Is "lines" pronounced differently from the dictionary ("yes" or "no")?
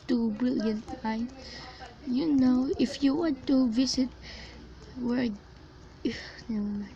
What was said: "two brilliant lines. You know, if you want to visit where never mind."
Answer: yes